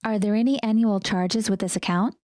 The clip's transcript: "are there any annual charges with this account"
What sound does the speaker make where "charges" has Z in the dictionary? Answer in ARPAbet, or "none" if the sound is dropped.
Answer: Z